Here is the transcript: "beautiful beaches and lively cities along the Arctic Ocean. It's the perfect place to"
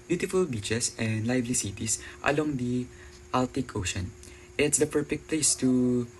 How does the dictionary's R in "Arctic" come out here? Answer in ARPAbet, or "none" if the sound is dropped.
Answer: L